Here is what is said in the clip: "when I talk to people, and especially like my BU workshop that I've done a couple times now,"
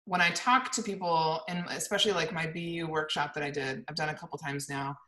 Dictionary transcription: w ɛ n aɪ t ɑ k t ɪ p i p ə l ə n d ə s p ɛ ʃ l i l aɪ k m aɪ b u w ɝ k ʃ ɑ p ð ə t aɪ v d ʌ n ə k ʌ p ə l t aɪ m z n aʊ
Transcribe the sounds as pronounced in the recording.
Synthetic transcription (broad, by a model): w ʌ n aɪ t ɑ k t ɪ p i p l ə n ə s p ɛ ʃ l i l aɪ k m aɪ b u w ɝ k ʃ ɑ p ð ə t aɪ v d ʌ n ə k ʌ p l t aɪ m z n aʊ